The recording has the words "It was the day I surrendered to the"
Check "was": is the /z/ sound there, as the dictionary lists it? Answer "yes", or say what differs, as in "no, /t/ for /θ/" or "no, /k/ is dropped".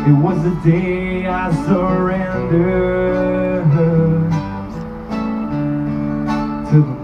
yes